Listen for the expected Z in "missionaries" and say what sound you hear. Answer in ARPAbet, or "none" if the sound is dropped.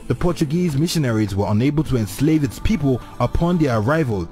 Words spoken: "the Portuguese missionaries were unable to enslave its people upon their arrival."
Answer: Z